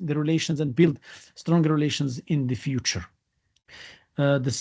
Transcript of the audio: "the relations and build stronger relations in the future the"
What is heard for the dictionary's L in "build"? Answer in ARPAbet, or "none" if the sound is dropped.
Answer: L